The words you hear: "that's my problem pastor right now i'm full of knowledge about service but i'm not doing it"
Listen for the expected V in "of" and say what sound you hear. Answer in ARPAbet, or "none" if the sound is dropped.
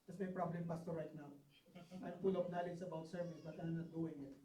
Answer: P